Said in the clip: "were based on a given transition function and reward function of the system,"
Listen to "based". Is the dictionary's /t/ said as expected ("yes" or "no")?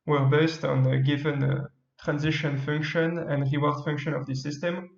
yes